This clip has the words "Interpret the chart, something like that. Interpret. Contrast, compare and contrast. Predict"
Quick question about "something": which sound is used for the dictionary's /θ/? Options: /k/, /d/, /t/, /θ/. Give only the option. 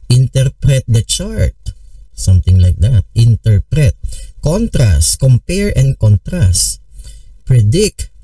/t/